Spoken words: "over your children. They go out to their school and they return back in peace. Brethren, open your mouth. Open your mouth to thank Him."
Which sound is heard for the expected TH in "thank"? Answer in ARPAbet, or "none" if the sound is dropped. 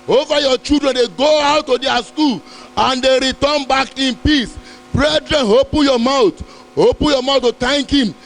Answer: T